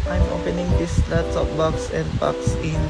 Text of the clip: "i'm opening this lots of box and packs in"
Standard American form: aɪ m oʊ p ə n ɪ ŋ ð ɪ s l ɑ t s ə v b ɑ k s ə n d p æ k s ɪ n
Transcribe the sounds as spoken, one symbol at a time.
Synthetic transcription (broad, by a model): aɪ m oʊ p ə n ɪ ŋ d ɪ s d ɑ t ə p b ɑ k s ə n d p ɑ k s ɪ n